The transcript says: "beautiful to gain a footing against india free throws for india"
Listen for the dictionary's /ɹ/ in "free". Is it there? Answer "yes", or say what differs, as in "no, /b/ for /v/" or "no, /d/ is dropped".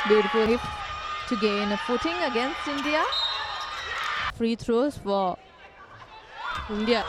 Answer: yes